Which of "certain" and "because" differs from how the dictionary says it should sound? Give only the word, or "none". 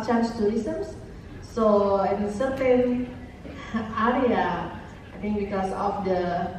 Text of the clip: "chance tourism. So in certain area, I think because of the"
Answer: because